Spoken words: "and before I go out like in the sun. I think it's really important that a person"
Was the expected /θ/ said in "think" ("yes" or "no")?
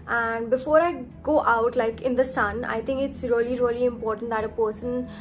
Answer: no